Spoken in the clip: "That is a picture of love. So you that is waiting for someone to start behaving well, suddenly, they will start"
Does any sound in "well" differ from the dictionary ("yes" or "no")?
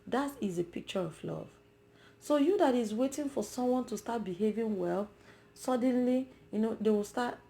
no